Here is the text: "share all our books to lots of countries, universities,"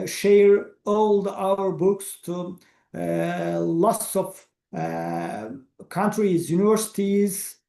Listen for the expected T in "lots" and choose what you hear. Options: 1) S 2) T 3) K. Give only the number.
1